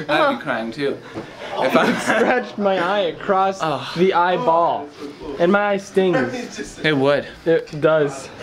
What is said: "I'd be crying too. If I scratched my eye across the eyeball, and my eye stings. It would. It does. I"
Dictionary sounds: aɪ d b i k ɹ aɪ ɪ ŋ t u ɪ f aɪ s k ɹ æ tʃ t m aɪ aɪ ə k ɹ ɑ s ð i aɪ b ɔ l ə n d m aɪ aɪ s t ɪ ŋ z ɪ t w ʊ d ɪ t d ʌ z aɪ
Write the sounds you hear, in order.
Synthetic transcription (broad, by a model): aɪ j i k ɹ aɪ ɪ ŋ t u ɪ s ɹ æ tʃ m aɪ aɪ ə k ɹ ɑ s ð i aɪ b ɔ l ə n m aɪ aɪ s t ɪ ŋ z ɪ t w ʊ d ɪ t d ʌ z